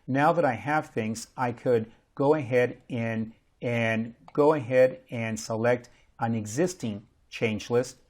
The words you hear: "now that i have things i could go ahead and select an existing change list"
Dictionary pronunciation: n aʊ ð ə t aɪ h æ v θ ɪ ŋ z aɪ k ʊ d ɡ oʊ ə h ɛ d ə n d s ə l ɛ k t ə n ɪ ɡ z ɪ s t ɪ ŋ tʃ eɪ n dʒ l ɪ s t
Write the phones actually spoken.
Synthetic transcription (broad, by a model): n aʊ ð ə t aɪ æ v θ ɪ ŋ z aɪ k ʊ d ɡ oʊ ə h ɛ d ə n d s ə l ɛ k t ə n ɪ ɡ z ɪ s t ɪ ŋ tʃ eɪ n dʒ l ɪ s t